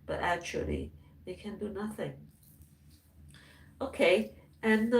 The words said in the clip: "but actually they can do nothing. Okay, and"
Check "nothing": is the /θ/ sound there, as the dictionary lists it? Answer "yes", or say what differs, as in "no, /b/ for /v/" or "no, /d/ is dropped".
yes